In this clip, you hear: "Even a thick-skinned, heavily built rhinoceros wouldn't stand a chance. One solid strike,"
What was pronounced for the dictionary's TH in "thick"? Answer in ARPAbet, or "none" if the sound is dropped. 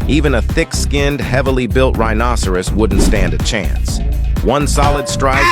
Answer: TH